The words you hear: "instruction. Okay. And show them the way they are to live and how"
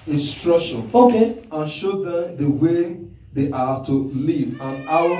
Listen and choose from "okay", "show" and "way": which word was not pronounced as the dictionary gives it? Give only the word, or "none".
none